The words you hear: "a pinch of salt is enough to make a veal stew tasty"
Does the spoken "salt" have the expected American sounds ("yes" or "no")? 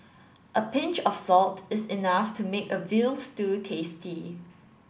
yes